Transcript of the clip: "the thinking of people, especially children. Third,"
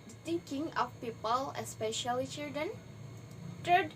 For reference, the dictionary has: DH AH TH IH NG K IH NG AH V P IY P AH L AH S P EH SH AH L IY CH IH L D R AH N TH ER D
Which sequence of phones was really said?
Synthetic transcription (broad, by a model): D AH T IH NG K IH NG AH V P IY P AH L AH S P EH SH AH L IY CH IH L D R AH N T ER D